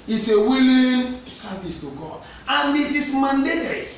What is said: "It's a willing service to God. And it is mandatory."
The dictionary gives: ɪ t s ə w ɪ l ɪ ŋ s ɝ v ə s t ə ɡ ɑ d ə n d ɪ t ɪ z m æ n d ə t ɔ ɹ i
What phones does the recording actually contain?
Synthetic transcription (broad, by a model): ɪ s ə w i l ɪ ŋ s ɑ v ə s t ə ɡ ɑ d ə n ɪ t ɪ s m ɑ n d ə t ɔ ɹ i